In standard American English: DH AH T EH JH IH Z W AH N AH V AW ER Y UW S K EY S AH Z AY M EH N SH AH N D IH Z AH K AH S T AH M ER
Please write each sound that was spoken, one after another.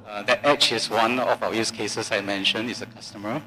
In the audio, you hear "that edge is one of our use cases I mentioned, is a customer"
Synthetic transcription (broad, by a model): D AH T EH CH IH S W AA N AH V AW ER Y UW S K EY S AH S AY M EH N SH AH N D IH S AH K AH S T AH M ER